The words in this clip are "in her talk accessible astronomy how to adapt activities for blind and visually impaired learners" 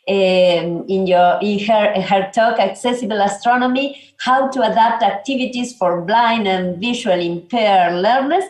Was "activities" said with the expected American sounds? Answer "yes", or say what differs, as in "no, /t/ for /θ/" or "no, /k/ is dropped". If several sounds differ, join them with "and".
no, /s/ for /z/